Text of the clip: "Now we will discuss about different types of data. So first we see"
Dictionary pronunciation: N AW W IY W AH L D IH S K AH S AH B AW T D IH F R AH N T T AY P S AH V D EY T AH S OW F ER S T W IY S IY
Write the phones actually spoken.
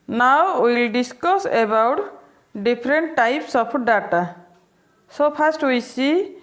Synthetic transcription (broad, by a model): N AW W W AH L D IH S K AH S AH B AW T D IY P R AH N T T AY P S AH P D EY T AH S OW P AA S T W IY S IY